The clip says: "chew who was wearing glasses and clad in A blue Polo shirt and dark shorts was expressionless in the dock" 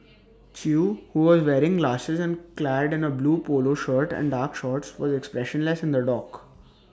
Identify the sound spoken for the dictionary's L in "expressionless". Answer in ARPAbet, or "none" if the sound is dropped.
L